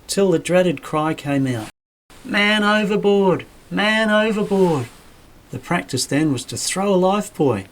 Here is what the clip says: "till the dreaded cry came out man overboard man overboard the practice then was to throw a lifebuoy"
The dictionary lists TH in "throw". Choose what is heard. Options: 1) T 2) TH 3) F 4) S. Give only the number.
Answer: 2